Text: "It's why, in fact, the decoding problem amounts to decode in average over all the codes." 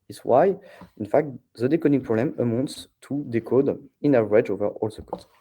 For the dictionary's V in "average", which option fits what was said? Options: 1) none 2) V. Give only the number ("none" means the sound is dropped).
1